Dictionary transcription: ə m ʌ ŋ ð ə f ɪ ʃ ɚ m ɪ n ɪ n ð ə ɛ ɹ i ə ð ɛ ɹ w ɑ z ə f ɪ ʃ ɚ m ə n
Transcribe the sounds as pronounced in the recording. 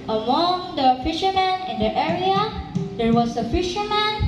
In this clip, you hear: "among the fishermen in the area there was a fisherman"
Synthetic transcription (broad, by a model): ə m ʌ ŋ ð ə f ɪ ʃ ɚ m ɪ n ɪ n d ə ɛ ɹ i ə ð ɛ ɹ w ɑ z ə f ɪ ʃ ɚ m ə n